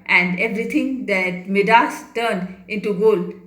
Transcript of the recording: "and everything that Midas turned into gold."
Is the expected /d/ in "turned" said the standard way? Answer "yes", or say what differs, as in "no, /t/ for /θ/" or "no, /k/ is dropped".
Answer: yes